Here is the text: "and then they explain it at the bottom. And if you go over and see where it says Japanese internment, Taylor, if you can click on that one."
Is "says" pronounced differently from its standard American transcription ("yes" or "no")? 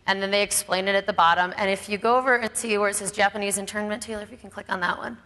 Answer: no